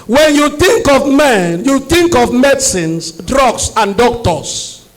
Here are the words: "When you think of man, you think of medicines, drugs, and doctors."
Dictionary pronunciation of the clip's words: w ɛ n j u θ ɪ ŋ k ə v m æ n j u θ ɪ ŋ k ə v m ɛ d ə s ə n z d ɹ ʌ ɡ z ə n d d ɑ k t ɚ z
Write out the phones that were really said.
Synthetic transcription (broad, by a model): w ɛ n j u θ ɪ ŋ k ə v m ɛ n j u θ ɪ ŋ k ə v m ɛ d s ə n s d ɹ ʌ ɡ s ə n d d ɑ k t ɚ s